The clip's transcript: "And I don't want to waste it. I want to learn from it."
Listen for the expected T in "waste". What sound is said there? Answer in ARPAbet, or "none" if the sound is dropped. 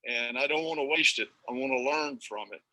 T